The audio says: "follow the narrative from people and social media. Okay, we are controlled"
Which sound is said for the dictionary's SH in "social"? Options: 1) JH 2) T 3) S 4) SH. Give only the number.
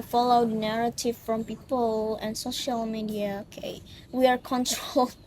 4